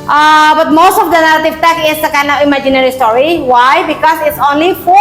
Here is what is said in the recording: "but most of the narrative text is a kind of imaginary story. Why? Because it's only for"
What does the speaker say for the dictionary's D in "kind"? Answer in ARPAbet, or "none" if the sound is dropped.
none